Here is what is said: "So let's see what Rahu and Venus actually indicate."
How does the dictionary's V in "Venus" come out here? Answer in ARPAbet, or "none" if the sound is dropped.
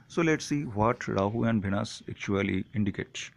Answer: B